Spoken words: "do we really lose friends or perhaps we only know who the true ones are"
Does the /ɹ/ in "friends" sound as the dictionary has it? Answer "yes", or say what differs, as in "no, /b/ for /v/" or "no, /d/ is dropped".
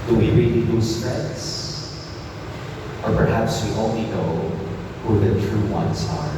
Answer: no, /ɹ/ is dropped